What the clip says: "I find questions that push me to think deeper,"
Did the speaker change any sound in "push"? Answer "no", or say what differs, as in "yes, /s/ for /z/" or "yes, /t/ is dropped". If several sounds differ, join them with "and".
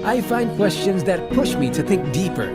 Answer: no